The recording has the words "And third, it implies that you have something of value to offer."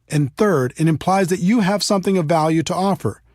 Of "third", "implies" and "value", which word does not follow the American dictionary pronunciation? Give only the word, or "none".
none